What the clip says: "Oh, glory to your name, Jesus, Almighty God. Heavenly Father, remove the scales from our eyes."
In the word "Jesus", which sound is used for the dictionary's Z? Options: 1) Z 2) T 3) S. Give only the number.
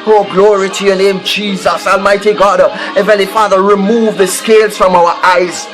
1